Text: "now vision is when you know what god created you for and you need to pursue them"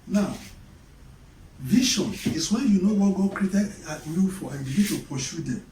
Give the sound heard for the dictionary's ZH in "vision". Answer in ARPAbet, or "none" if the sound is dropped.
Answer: SH